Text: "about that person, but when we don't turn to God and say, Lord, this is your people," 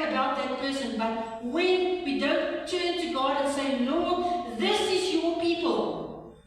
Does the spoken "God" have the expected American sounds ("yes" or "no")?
yes